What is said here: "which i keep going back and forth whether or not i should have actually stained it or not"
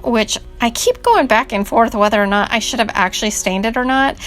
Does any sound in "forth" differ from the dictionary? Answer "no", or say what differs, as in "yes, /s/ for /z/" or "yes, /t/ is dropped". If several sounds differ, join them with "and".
no